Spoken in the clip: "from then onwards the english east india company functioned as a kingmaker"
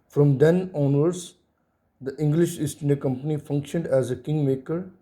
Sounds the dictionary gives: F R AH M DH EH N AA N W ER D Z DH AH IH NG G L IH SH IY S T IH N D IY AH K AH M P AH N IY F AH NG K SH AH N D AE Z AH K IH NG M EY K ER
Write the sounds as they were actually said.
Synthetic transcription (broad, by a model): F R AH M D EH N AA N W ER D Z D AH IH NG G L IH SH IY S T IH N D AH K AH M P AH N IY F AH NG K SH AH N D AE Z AH K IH NG M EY K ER